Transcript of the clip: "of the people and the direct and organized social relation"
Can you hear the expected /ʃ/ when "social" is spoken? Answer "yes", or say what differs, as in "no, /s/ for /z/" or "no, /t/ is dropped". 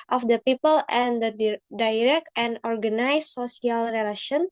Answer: no, /s/ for /ʃ/